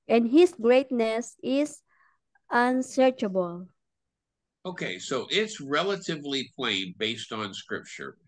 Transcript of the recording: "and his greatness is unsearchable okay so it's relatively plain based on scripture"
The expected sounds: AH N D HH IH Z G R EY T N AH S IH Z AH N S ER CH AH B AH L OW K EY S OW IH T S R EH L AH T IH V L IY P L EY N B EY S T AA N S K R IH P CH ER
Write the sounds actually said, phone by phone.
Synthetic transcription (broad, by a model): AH N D HH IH S G R EY T N AH S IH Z AH N S ER CH AH B AH L OW K EY S OW IH T S R EH L AH T IH V L IY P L EY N B EY S T N S K R IH P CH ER